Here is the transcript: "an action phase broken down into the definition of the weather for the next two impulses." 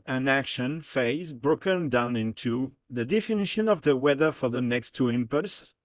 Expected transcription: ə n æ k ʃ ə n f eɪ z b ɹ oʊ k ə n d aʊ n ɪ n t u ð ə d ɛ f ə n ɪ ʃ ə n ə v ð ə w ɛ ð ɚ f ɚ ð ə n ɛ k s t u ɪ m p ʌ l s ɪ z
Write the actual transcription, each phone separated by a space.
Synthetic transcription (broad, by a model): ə n æ k ʃ ə n f eɪ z b ɹ oʊ k ə n d aʊ n ɪ n t u ð ə d ɛ f ə n ɪ ʃ ə n ə v ð ə w ɛ ð ɚ f ɚ ð ə n ɛ k s t u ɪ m p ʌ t s